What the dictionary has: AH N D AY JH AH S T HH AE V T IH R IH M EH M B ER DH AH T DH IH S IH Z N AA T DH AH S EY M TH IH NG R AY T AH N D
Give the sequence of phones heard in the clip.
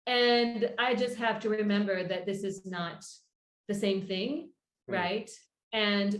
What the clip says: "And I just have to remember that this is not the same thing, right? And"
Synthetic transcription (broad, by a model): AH N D AY JH AH S T HH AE F T IH R IH M EH M B ER DH AH T DH IH S IH Z N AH T DH AH S EY M TH IH NG R AY T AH N